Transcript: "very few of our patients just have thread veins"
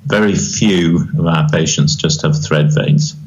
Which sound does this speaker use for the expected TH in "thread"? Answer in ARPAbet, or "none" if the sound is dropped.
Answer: TH